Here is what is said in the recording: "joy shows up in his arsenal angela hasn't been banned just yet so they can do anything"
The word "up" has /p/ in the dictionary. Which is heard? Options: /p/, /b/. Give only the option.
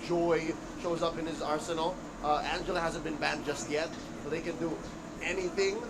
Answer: /p/